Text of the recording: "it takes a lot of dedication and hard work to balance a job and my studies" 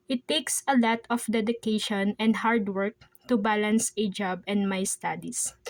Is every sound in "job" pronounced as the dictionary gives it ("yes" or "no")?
yes